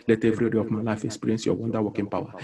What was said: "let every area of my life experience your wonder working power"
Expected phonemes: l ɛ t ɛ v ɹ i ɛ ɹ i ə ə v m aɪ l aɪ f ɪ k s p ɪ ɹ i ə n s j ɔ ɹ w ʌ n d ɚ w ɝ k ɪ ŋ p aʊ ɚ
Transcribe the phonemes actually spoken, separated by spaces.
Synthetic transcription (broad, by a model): l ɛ t ɛ v ɹ i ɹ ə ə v m aɪ l aɪ f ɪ k s p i ɹ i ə n s j ɔ w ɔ n d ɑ w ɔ k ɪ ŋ p aʊ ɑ